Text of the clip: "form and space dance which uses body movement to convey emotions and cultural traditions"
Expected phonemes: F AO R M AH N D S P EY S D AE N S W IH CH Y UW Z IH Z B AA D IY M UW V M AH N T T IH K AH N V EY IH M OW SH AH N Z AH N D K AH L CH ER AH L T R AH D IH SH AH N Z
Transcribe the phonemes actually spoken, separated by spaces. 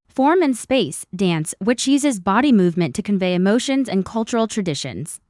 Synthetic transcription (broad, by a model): F AO R M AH N S P EY S D AE N S W IH CH Y UW Z IH Z B AA D IY M UW V M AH N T T IH K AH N V EY IH M OW SH AH N Z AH N K AH L CH ER L T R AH D IH SH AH N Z